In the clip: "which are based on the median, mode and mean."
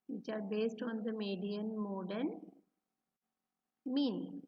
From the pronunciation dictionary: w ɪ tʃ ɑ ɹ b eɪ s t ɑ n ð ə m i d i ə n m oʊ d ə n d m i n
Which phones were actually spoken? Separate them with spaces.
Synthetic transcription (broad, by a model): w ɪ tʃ ɑ ɹ b eɪ s t ɑ n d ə m i d i ə n m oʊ d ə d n m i n